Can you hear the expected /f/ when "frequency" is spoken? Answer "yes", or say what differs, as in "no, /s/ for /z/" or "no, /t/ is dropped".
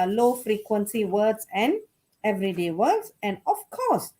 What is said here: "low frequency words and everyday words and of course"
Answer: yes